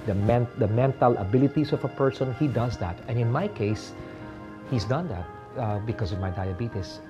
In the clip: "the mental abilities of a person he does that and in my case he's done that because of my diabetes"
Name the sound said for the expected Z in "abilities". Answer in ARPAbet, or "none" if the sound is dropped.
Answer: S